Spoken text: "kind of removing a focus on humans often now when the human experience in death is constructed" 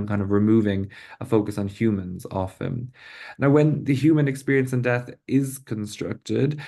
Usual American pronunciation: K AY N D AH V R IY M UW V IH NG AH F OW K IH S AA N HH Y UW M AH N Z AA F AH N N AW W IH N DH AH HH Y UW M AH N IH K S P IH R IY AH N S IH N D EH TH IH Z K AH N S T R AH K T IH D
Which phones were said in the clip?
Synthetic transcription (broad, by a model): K AY N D AH V R IY M UW V IH NG AH F OW K IH S N HH Y UW M AH N Z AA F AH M N AW W IH N DH AH HH Y UW M AH N IH K S P IH R IY AH N S IH N D EH TH IH Z K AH N S T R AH K T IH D